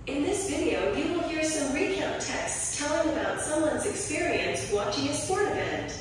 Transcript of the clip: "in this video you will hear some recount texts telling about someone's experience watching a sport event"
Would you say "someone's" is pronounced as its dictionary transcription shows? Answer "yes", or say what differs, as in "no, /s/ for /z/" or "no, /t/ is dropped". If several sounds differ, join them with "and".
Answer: yes